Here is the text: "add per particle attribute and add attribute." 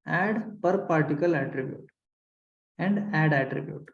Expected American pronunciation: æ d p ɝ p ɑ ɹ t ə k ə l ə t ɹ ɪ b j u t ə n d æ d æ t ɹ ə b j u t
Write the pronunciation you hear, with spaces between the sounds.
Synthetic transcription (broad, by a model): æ d p ɝ p ɑ ɹ t ə k ə l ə t ɹ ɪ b j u t ə n d æ d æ t ɹ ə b j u t